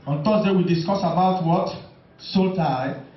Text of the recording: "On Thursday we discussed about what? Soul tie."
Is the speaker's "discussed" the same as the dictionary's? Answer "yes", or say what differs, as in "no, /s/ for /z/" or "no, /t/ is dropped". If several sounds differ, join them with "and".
no, /t/ is dropped